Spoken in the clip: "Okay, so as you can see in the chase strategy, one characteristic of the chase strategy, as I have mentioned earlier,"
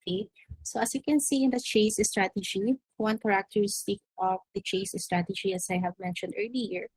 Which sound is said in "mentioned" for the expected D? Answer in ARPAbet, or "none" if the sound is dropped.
D